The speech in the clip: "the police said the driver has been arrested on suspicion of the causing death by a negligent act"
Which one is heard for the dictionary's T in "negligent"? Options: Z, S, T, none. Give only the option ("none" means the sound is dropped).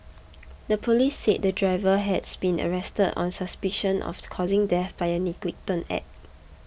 none